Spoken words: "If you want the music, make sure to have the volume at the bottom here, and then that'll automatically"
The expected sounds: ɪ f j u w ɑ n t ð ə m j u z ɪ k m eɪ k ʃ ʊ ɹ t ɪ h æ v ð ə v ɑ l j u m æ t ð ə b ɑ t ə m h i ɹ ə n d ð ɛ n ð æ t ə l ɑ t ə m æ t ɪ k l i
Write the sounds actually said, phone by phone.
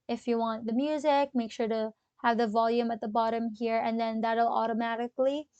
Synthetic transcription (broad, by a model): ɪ f j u w ɑ n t ð ə m j u z ɪ k m eɪ k ʃ ʊ ɹ t ɪ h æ v ð ə v ɑ l j u m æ t ð ə b ɑ t ə m h i ɹ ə n ð ɛ n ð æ t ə l ɑ t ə m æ t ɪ k l i